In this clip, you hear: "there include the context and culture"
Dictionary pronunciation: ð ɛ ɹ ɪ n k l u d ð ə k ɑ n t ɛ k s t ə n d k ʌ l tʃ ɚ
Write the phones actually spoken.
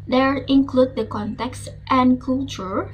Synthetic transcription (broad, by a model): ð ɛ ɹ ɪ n k l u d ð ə k ɑ n t ɛ k s t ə n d k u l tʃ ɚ